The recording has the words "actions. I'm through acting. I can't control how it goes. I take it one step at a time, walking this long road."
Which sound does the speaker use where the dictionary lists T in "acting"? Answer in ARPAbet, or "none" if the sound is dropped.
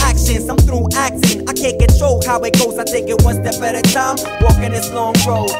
S